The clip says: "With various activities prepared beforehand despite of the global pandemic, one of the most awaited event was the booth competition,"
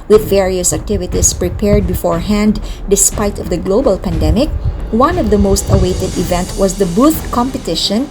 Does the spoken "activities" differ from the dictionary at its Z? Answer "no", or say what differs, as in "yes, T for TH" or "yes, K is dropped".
yes, S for Z